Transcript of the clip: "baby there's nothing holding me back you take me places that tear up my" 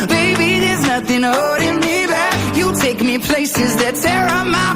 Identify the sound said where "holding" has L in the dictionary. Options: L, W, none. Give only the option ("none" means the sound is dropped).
none